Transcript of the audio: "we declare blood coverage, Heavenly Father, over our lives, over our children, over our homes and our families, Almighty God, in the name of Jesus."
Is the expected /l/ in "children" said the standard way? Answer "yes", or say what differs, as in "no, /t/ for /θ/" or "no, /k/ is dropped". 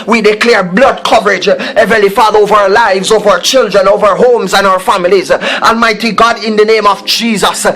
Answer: yes